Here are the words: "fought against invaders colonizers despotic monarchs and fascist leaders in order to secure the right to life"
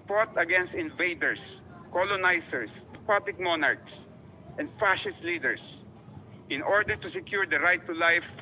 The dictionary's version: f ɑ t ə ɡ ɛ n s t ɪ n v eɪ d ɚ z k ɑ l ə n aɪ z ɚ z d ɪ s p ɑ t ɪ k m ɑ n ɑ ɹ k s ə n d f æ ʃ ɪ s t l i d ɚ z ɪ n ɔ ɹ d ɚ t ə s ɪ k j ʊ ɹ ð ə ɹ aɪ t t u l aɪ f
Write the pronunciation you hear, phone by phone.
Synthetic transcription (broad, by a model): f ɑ t ə ɡ ɛ n s t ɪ n v eɪ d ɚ s k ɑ l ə n aɪ s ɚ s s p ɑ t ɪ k m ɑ n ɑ ɹ k s ə n d f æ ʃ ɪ s t l i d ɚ s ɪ n ɔ ɹ d ɚ t ə s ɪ k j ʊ ɹ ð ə ɹ aɪ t t u l aɪ f